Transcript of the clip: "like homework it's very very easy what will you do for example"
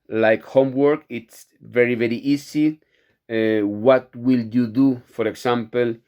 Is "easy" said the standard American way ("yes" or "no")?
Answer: no